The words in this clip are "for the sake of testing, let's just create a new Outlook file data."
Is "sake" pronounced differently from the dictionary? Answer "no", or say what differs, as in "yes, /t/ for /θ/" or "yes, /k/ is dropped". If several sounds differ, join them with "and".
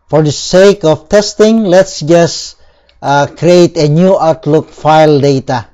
no